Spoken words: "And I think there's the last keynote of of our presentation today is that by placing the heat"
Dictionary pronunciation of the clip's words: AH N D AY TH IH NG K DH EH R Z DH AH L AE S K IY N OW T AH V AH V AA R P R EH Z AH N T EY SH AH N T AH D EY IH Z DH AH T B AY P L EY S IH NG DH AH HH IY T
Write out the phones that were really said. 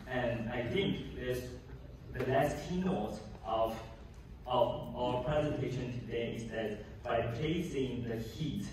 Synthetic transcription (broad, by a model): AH N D AY TH IH NG K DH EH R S DH AH L AE S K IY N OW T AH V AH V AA P R EH Z AH N T EY SH AH N T AH D EY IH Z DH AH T B AY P EY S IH NG DH AH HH IY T